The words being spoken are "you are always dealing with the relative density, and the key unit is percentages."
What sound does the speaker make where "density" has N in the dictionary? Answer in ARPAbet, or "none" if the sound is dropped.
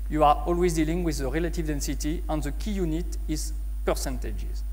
N